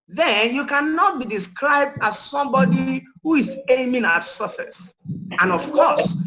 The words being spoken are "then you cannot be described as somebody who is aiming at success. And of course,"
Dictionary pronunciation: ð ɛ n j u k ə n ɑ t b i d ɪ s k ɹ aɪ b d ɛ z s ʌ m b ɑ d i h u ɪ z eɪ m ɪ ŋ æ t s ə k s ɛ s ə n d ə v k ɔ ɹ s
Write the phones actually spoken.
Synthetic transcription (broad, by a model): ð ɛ n j u k ə n ɑ t b i d ɪ s k ɹ aɪ b d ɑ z s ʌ m b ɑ d i h u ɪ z eɪ m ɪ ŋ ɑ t s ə s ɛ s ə n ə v k ɔ s